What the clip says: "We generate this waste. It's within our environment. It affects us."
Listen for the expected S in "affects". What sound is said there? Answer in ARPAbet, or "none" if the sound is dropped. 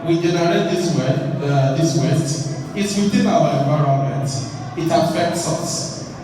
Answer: S